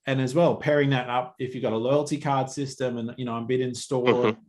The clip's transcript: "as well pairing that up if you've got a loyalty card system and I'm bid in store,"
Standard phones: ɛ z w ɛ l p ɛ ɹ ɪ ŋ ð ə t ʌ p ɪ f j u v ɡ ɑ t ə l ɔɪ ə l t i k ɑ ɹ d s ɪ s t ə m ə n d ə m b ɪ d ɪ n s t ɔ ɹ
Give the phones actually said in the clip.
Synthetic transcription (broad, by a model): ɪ z w ɛ l p ɛ ɹ ɪ ŋ ð ə t ʌ p ɪ f j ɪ ɡ ɑ t ə l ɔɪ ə l t i k ɑ ɹ d s ɪ s t ə m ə n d ə m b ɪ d ɪ n s t ɔ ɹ